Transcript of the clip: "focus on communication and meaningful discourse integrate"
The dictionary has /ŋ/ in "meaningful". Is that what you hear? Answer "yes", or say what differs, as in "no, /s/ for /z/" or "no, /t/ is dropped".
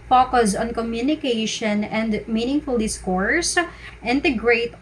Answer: yes